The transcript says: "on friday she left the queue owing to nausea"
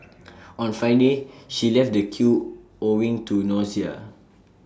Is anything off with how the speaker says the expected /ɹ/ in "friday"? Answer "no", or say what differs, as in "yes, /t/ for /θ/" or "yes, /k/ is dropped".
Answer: yes, /ɹ/ is dropped